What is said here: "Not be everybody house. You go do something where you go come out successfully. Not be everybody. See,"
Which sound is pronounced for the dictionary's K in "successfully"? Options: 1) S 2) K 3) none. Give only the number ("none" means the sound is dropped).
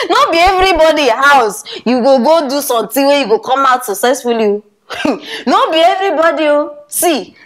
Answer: 3